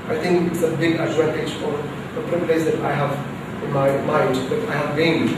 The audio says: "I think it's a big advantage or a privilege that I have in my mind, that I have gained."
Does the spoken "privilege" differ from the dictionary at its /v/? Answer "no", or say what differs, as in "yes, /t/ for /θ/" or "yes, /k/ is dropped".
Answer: yes, /p/ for /v/